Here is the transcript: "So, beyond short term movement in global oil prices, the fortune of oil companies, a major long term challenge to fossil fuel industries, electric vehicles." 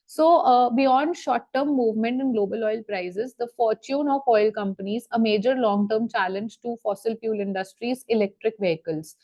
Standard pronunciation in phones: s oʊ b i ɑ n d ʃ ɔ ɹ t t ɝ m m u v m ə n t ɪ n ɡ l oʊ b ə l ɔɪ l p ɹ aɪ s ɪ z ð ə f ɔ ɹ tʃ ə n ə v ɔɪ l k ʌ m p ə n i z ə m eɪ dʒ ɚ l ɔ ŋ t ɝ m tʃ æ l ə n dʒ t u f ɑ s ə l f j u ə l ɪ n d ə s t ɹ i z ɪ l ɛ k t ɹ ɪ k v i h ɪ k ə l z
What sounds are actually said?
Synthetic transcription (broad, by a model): s oʊ b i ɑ n d ʃ ɔ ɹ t t ɝ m m u v m ə n t ɪ n ɡ l oʊ b ə l ɔɪ l p ɹ aɪ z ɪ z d ə f ɔ ɹ tʃ ə n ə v ɔɪ l k ʌ m p ə n i z ə m eɪ dʒ ɚ l ɔ ŋ t ɝ m tʃ æ l ə n dʒ t u f ɑ s ə l p j u l ɪ n d ə s t ɹ i z ɪ l ɛ k t ɹ ɪ k v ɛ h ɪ k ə l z